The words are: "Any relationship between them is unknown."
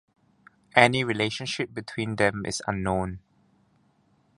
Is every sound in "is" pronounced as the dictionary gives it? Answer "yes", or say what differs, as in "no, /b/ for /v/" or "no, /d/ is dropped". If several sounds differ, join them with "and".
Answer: no, /s/ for /z/